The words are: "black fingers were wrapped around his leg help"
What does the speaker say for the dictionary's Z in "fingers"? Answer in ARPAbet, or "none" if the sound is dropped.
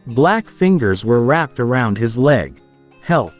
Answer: Z